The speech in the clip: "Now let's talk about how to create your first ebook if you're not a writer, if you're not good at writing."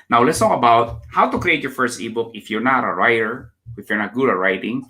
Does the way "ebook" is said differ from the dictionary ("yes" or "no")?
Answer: no